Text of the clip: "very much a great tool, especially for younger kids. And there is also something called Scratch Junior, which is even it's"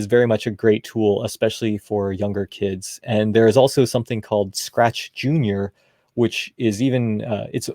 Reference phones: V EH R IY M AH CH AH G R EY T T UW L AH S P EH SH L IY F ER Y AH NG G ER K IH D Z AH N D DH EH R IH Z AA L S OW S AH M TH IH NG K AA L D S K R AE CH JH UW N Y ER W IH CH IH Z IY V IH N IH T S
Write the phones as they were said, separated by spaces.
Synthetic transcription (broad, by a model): V EH R IY M AH CH AH G R EY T T UW L AH S P EH SH L IY F ER Y AH NG G ER K IH D Z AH N DH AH R IH Z AA L S OW S AH M TH IH NG K AA L D S K R AE CH JH UW N Y ER W IH CH IH Z IY V IH N IH T S